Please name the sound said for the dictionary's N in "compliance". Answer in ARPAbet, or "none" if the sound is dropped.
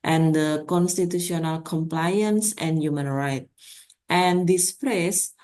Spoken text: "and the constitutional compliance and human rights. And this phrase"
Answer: N